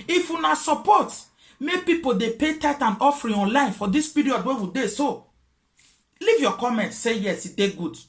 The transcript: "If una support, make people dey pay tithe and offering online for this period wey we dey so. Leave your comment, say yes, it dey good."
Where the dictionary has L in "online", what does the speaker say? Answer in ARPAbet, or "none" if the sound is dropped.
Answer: L